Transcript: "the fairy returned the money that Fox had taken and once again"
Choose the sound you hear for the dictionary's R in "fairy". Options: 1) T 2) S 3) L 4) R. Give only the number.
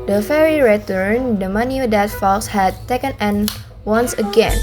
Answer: 4